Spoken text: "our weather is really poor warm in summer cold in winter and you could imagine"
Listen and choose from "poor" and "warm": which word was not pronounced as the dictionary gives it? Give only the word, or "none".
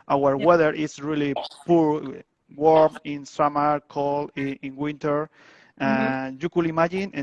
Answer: none